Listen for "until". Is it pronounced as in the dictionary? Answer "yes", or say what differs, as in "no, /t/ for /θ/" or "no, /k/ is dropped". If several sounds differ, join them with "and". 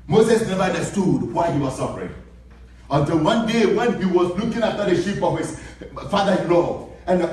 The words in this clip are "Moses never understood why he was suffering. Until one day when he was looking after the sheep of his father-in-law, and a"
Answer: yes